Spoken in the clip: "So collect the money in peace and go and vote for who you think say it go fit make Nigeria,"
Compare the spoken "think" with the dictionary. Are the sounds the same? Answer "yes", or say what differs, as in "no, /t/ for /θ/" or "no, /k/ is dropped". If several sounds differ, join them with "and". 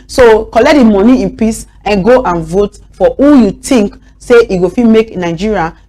no, /t/ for /θ/